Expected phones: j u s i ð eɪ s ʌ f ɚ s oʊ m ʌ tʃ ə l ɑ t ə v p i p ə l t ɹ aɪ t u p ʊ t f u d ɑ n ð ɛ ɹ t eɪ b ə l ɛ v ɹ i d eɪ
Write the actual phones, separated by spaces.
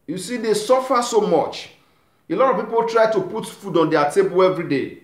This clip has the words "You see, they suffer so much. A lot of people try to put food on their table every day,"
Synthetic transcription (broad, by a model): j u s i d eɪ s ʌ f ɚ s oʊ m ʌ tʃ ə l ɑ t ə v p i p ə l t ɹ aɪ t u p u t f u d ɑ n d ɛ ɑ t eɪ b ə l ɛ v ɹ i d eɪ